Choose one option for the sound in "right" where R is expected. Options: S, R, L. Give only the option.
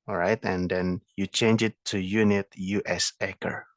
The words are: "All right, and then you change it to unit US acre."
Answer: R